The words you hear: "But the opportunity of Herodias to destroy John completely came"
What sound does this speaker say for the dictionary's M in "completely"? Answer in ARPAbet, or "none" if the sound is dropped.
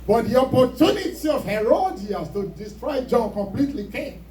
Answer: M